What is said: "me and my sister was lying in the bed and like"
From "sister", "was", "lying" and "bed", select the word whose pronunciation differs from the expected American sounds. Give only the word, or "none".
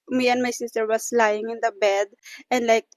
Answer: was